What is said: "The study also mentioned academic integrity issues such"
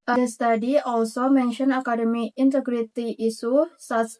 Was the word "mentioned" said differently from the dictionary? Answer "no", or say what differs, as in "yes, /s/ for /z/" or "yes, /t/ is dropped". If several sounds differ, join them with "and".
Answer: yes, /d/ is dropped